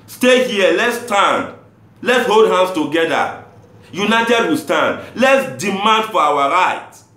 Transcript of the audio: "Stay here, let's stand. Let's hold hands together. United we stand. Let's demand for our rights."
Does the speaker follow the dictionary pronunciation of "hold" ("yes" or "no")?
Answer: yes